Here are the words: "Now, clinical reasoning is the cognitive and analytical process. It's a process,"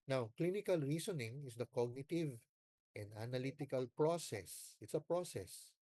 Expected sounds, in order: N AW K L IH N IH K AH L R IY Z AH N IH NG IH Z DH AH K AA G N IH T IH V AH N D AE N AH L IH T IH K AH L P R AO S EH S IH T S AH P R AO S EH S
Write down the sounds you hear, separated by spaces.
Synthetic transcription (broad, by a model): N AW K L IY N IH K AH L R IY S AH N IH NG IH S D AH K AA G N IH T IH V AH N D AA N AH L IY T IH K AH L P R AO S EH S IH T S AH P R AO S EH S